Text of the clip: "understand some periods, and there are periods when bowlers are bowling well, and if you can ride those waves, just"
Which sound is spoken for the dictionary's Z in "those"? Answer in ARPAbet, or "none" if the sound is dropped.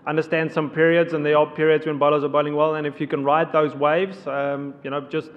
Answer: Z